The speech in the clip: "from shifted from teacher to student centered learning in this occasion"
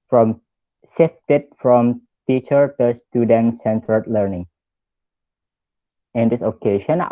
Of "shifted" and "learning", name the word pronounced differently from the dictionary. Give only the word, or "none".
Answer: shifted